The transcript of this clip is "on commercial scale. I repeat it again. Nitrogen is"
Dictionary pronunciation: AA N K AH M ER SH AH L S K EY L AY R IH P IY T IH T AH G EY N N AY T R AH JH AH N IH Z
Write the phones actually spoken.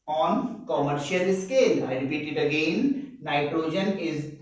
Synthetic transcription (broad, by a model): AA N K AH M ER SH AH L S K EY L AY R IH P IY T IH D AH G EY N N AY T R AH JH AH N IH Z